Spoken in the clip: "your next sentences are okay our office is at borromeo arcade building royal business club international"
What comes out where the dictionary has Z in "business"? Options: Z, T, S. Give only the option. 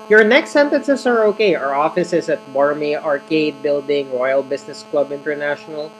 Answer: S